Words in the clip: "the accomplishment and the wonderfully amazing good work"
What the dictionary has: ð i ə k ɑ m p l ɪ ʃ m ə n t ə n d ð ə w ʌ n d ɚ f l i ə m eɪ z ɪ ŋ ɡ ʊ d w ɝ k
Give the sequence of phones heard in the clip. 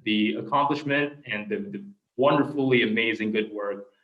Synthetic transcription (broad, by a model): ð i ə k ɑ m p l ɪ ʃ m ə n t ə n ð ð ə w ʌ n d ɚ f l i ə m eɪ z ɪ ŋ ɡ ʊ d w ɝ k